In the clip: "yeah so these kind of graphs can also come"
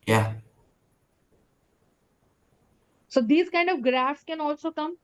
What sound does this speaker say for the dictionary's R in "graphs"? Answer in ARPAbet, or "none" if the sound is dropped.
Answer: R